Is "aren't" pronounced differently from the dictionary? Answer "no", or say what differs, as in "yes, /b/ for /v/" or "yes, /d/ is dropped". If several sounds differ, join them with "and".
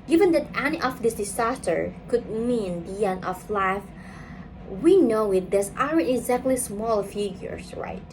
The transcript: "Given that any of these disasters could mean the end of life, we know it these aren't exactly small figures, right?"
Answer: yes, /ɹ/ is dropped